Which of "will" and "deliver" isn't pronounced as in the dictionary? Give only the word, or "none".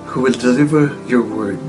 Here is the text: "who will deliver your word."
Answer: none